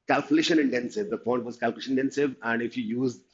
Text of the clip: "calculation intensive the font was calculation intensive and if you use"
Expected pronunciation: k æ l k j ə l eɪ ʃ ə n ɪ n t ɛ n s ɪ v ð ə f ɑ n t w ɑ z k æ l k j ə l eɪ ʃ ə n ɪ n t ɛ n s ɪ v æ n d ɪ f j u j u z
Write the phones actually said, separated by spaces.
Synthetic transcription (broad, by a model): k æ l k j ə l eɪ ʃ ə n ɪ n t ɛ n s ɪ v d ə p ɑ n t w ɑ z k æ l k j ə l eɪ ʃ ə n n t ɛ n s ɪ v æ n d ɪ f j u j u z